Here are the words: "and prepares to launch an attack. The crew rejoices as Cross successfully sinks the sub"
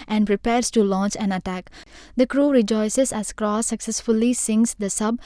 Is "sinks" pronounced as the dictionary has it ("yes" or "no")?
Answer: no